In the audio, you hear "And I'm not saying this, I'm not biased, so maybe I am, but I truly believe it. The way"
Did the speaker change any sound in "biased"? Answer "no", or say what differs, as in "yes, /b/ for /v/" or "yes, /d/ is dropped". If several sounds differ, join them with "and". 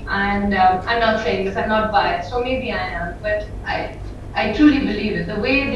yes, /s/ is dropped